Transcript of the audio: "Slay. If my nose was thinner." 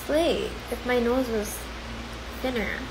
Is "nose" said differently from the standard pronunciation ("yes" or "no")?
no